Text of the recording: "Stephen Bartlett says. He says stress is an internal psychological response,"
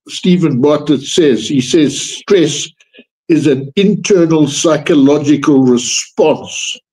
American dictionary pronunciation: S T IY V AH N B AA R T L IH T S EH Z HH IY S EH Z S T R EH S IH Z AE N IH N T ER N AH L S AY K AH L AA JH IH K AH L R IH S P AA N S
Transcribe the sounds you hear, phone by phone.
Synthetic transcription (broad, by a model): S T IY V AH N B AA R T IH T S EH Z HH IY S EH Z S T R EH S IH Z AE N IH N T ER N AH L S AY K AH L AA JH IH K AH L R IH S P AA N S